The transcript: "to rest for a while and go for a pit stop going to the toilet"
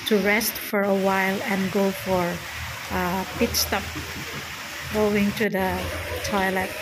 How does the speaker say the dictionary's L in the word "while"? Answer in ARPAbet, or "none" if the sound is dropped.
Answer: L